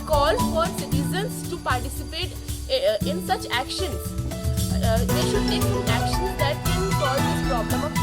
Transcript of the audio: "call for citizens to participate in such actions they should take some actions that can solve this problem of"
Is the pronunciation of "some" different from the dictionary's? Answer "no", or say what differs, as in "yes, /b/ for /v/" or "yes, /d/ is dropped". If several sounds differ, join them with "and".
yes, /m/ is dropped